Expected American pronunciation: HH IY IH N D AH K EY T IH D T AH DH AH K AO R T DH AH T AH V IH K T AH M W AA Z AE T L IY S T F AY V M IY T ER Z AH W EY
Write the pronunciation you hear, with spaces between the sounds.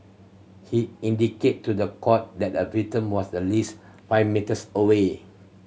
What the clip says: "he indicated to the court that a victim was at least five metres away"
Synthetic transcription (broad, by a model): HH IY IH N D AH K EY T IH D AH AH K AO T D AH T AH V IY T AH M W AA S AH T L IY S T F AY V M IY T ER S AH W EY